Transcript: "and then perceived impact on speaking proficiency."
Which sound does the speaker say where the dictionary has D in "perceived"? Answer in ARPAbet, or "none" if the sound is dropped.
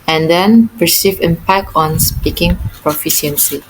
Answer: none